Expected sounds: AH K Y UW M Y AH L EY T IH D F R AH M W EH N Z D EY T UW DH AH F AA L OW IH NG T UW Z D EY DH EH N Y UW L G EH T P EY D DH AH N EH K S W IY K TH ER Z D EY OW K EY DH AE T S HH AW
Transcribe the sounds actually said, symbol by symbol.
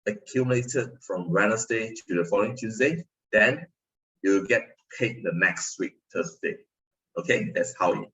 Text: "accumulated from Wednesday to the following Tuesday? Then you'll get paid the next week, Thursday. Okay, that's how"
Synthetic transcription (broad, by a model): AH K Y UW M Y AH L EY T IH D F R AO M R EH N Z D EY T UW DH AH F AA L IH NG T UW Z D EY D EH N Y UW W G EH T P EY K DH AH N EH K S W IY K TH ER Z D EY OW K EY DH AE T S HH AW